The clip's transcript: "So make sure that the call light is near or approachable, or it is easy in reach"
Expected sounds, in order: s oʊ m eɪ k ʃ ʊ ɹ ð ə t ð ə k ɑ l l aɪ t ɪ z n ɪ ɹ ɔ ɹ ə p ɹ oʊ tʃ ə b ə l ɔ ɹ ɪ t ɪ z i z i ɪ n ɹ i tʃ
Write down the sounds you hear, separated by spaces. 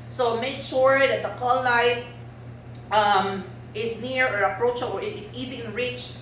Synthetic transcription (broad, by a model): s oʊ m eɪ k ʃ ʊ ɹ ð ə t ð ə k ɑ l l aɪ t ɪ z n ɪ ɹ ɔ ɹ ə p ɹ oʊ ə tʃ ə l ɔ ɹ ɪ t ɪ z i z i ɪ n ɹ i tʃ